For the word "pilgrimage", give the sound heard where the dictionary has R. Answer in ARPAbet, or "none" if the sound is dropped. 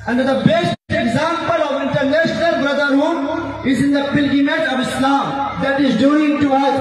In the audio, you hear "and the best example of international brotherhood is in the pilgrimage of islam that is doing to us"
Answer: none